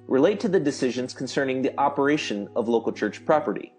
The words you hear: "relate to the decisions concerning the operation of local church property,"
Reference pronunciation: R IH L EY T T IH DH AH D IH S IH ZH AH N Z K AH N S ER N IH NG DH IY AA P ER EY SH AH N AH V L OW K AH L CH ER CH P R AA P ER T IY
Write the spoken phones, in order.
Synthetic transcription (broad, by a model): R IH L EY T T IH DH AH D IH S IH ZH AH N Z K N S ER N IH NG DH IY AA P ER EY SH AH N AH V L OW K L CH ER CH P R AA P ER T IY